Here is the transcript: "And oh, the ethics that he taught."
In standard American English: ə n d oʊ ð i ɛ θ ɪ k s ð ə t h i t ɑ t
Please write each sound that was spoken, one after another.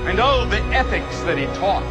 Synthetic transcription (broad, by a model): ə n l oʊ ð i ɛ θ ɪ k s ð ə t h i t ɑ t